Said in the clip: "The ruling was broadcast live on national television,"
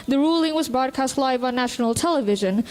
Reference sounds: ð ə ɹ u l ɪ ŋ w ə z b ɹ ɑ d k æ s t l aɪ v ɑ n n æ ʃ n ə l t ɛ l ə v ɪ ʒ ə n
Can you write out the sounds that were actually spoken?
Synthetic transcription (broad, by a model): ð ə ɹ u l ɪ ŋ w ə z b ɹ ɑ d k æ s t l aɪ v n n æ ʃ n ə l t ɛ l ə v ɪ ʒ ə n